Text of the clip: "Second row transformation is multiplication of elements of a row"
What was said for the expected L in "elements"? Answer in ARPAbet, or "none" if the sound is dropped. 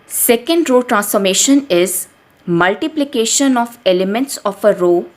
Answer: L